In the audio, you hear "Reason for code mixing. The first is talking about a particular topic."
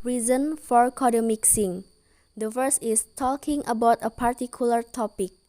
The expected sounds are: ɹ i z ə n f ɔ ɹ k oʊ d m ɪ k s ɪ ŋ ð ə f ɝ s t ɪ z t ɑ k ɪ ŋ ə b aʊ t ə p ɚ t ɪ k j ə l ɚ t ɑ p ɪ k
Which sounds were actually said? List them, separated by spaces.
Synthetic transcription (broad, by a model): ɹ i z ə n f ɔ ɹ k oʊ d m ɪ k s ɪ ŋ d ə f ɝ s ɪ s t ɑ k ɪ ŋ ə b aʊ t ə p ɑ t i k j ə l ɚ t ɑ p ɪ k